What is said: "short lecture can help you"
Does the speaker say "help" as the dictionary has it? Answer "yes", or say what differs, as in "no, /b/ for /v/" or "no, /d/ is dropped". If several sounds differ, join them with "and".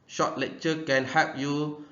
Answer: no, /l/ is dropped